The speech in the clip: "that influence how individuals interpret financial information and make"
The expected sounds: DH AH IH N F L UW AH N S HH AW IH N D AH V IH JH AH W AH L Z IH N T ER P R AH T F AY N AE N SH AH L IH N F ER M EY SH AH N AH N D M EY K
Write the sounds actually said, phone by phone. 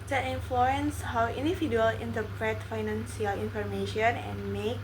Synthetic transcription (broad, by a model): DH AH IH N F L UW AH N S HH AW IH N D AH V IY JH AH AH L IH N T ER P R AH T F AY N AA N S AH L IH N F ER M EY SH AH N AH N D M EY K